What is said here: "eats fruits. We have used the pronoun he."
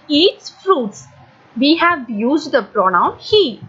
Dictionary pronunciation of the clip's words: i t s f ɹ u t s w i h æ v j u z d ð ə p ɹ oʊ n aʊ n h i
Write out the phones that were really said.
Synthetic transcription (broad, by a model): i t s f ɹ u t s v i h æ v j u z d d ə p ɹ oʊ n aʊ n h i